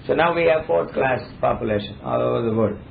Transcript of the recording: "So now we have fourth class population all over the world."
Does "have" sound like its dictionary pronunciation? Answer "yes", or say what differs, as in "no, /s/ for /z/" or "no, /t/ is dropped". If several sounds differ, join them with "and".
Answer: yes